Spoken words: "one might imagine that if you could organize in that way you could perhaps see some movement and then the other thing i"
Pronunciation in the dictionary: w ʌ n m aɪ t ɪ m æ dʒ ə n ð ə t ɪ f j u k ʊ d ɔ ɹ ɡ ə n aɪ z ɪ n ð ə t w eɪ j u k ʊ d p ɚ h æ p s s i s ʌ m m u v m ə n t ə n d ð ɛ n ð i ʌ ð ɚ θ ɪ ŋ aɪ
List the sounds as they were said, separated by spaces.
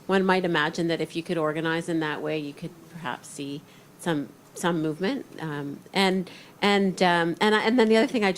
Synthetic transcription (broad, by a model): w ʌ n m aɪ t ɪ m æ dʒ ə n ð ə t ɪ f j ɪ k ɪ d ɔ ɹ ɡ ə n aɪ z ɪ n ð ə t w eɪ j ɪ k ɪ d p ɚ h æ p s s i s ʌ m m u v m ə n t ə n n ð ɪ n ð i ʌ ð ɚ θ ɪ ŋ aɪ